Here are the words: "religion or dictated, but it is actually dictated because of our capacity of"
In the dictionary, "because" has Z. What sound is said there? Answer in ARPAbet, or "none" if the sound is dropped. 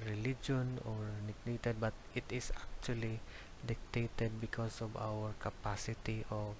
S